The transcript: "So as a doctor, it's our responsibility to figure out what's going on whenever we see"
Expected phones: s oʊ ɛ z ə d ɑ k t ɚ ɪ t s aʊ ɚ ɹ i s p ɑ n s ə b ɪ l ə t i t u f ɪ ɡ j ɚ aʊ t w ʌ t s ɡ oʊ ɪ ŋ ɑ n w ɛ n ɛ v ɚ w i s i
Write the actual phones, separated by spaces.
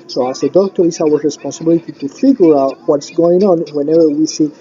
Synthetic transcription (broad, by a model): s oʊ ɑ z ə d ɑ k t ɚ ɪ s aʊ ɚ ɹ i s p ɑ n s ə b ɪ l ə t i t u f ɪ ɡ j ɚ aʊ t w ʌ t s ɡ oʊ ɪ ŋ ɑ n w ɛ n ɛ v ɚ w i s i